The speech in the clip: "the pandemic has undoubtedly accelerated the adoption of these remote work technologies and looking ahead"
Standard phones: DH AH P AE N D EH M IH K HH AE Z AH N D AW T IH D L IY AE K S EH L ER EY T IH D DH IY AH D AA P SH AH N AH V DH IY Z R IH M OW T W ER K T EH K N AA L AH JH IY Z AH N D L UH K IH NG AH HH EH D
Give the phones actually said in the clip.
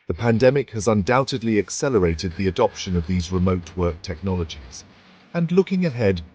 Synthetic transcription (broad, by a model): DH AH P AE N D EH M IH K HH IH Z AH N D AW T IH D L IY AE K S EH L ER EY T IH D DH IY AH D AA P SH AH N AH V DH IY Z R IH M OW T W ER K T EH K N AA L AH JH IY Z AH N L UH K IH NG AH HH EH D